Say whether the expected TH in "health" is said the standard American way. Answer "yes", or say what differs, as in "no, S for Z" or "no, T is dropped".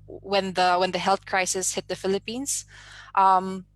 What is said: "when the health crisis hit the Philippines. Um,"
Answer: yes